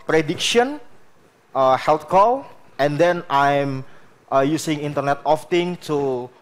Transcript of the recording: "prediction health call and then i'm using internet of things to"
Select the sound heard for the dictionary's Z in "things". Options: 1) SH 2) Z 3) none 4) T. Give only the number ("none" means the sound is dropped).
3